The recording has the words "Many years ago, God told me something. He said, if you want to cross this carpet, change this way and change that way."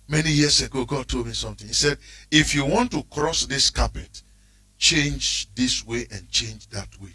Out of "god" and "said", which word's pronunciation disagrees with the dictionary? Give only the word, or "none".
none